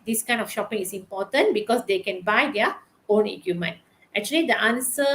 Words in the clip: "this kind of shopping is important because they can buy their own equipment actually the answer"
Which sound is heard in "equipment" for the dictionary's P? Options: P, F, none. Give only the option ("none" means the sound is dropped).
none